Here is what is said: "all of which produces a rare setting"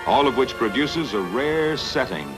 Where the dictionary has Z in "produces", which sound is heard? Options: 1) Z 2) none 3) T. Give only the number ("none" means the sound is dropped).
1